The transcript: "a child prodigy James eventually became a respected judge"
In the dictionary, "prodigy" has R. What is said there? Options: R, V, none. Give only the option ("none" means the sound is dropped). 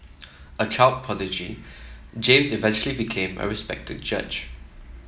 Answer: none